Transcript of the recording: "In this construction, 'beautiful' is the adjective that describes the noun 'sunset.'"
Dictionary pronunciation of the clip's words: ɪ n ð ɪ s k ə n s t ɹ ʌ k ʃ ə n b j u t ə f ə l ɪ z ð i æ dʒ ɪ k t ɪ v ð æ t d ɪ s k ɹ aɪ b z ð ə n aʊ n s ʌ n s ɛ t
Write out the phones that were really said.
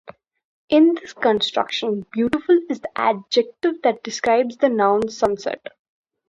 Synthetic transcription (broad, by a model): ɪ n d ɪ s k ə n s t ɹ ʌ k ʃ ə n b j u t ə f ə l ɪ z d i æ dʒ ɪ k t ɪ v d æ t d ɪ s k ɹ aɪ b z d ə n aʊ n s ʌ n s ɛ t